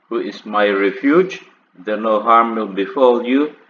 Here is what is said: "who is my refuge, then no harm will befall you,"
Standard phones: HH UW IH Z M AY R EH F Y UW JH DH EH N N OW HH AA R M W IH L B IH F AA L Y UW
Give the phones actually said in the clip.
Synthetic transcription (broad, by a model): HH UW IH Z M AY R EH F Y UW JH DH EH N N OW HH AA R M W IH L B IH F AA L Y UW